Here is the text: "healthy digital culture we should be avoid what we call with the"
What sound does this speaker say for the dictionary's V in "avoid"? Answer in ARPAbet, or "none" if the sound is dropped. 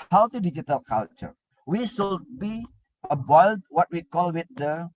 B